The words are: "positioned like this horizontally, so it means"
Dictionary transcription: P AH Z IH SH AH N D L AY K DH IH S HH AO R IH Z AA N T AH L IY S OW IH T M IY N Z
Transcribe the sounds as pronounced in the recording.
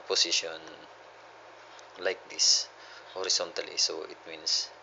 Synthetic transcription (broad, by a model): P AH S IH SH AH N L AY K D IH S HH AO R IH S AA N T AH L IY S OW IH T M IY N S